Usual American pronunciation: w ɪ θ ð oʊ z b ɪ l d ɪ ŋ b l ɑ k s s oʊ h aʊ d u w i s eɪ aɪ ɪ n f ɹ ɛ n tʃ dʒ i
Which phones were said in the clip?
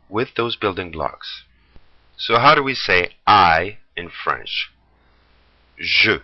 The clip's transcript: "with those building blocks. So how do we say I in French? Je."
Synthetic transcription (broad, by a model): w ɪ ð oʊ z b ɪ l d ɪ ŋ b l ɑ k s s oʊ h aʊ d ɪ w i s eɪ aɪ ɪ n f ɹ ɛ n tʃ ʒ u